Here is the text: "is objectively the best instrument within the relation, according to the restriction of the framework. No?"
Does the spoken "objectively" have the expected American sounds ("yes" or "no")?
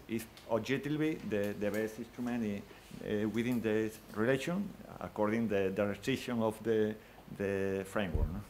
no